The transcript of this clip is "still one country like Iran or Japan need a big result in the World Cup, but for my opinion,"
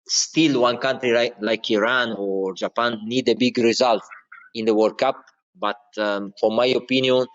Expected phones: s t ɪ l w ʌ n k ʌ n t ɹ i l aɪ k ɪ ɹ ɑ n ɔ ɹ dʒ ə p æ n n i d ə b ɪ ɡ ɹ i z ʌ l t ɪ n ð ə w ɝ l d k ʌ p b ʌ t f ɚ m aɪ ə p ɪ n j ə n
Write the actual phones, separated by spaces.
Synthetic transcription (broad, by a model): s t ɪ l w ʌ n k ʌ n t ɹ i l aɪ k ɪ ɹ ɑ n ɔ ɹ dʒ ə p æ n n i d ə b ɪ ɡ ɹ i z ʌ l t ɪ n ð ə w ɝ d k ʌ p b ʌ t f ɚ m aɪ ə p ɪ n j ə n